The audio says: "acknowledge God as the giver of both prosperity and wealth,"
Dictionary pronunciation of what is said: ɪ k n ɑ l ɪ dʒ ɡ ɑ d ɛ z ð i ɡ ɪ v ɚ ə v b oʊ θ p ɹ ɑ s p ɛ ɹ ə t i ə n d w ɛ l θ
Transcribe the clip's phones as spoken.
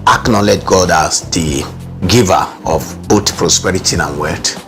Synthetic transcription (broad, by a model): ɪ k n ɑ l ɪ dʒ ɡ ɑ d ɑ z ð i ɡ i v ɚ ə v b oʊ t p ɹ ɑ s p ɛ ɹ ə t i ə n w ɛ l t